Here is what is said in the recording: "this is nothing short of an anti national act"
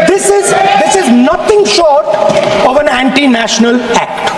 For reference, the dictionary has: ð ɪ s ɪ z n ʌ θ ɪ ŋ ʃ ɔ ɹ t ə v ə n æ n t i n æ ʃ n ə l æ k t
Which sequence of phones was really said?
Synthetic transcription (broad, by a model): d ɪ s ɪ z n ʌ t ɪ ŋ ʃ ɔ ɹ t ə v ə n æ n t i n æ ʃ n ə l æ k t